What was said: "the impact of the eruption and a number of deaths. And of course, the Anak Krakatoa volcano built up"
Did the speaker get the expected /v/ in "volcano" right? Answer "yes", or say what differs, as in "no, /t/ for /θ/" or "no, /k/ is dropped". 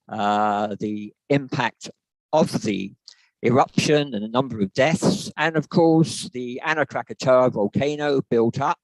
yes